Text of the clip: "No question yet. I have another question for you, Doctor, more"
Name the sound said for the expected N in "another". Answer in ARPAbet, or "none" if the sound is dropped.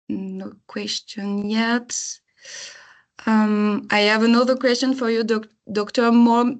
N